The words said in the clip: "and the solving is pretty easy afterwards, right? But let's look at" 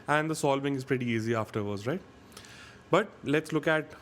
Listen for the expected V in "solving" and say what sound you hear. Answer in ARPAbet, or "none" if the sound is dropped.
B